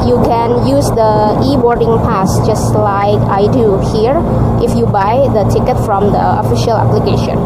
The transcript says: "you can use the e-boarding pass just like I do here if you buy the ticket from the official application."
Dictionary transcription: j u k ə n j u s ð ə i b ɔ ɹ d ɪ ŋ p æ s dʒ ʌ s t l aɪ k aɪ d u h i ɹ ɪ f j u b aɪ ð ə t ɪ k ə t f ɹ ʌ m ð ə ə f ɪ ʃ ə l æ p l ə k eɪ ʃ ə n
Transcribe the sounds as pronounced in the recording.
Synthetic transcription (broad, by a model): j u k ə n j u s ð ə i b ɔ ɹ d ɪ ŋ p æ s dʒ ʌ s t l aɪ k aɪ d u h i ɹ ɪ f j u b aɪ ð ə t ɪ k ə t f ɹ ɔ m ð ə ə f ɪ ʃ ə l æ p l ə k eɪ ʃ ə n